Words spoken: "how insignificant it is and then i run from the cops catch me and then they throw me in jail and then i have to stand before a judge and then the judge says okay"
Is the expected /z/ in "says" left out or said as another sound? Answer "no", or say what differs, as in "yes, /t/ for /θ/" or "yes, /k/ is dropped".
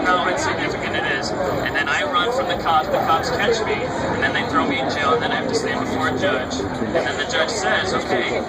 no